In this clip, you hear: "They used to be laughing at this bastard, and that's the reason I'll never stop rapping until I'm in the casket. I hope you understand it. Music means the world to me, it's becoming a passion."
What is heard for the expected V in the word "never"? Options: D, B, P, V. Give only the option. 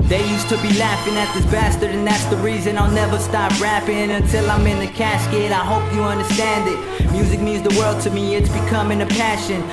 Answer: V